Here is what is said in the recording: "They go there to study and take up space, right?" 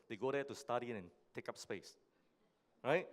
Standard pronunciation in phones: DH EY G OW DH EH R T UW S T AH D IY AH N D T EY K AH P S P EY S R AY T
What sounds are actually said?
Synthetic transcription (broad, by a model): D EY G OW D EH T UW S T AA D IY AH N T EY K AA P S P EY S R AY T